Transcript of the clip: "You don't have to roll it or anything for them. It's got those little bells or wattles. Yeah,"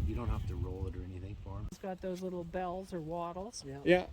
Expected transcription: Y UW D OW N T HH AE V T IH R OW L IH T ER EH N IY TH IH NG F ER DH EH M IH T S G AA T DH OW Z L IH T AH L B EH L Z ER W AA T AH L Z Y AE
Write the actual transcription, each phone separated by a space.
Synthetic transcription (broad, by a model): Y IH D OW N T HH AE F T IH R OW L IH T ER EH N IY TH IH NG F ER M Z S G AA T DH OW Z L IH T L B EH L Z ER W AA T L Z Y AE